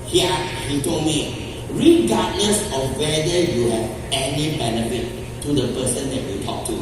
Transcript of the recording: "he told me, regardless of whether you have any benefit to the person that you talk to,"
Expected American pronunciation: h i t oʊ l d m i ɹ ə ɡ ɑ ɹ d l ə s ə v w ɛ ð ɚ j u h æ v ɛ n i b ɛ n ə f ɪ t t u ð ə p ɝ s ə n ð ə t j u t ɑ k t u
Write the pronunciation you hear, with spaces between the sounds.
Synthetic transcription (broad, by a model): h i t oʊ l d m i ɹ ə ɡ ɑ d n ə s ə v w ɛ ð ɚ j u h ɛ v ɛ n i b ɛ n ə f ɪ t t u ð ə p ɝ s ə n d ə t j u t ɑ k t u